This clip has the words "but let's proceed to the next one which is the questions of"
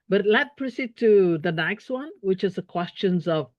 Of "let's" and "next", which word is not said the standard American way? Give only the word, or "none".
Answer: let's